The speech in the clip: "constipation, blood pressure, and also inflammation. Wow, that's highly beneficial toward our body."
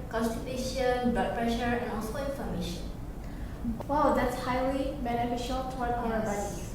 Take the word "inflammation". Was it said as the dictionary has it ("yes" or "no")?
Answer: no